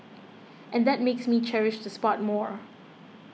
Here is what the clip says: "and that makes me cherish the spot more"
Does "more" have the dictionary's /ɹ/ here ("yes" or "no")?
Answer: yes